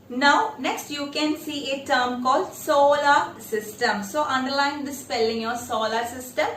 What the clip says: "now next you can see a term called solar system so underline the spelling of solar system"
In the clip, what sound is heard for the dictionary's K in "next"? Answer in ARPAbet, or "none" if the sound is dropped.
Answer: K